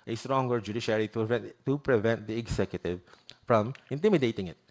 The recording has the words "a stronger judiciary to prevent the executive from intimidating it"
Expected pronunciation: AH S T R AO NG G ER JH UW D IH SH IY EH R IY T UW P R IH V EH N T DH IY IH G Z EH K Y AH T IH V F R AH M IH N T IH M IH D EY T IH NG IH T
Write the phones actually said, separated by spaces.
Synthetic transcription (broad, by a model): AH S T R AO NG G ER JH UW D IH SH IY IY IY T UW P R IH V EH N T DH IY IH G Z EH K Y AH T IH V F R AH M IH N T IH M IH D EY T IH NG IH T